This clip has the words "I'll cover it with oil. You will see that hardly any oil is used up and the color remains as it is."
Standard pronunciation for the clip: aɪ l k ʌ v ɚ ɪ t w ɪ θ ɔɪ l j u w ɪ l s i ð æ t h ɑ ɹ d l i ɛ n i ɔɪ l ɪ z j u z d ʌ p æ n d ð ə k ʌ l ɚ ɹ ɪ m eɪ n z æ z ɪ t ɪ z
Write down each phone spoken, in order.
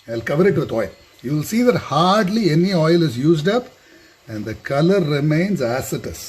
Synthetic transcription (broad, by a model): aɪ l k ʌ v ɚ ɪ t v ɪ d ɔɪ l j u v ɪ l s i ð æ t h ɑ ɹ d l i ɛ n i ɔɪ l ɪ z j u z d ʌ p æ n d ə k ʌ l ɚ ɹ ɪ m eɪ n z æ s ɪ t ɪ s